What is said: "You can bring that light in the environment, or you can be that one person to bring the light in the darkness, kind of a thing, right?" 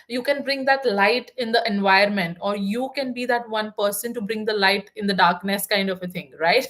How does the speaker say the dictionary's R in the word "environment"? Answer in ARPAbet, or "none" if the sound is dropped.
none